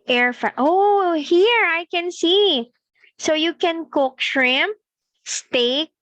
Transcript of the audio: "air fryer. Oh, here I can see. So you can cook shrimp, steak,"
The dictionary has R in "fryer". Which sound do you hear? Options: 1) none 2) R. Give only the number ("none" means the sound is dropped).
1